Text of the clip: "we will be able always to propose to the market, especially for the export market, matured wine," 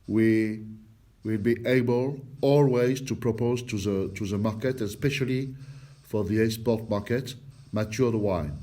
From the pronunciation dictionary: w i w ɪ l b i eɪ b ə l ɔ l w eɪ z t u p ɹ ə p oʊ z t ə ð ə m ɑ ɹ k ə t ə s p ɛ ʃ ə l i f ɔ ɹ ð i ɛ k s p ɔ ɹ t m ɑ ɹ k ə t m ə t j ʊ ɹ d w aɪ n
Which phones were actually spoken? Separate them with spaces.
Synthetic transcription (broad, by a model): w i w ɪ l b i eɪ b ə l ɔ l w eɪ z t u p ɹ ə p oʊ z t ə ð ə m ɑ ɹ k ə t ə s p ɛ ʃ ə l i f ɔ ɹ ð i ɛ s p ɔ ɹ t m ɑ ɹ k ə t m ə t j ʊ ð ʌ w aɪ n